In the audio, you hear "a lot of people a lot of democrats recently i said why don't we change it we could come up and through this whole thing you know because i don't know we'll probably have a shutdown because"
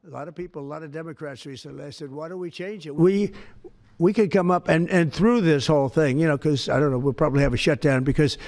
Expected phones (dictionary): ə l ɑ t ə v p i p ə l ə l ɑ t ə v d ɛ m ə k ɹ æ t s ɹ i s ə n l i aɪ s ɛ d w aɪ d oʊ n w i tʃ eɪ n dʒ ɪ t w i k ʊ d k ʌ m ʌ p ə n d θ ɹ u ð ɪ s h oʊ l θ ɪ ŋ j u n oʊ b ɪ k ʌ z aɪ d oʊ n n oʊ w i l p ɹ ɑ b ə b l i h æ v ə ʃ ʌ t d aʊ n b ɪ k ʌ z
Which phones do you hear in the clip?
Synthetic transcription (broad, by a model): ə l ɑ t ə v p i p l ə l ɑ t ə v d ɛ m ə k ɹ æ t s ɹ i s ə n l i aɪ s ɛ d w aɪ d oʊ w i tʃ eɪ n dʒ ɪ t w i k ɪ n k ʌ m ʌ p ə n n θ ɹ u ð ɪ s h oʊ l θ ɪ ŋ j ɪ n oʊ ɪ k ʌ z aɪ d oʊ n n oʊ w i l p ɹ ɑ b ə b l i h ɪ v ə ʃ ʌ t d aʊ n b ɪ k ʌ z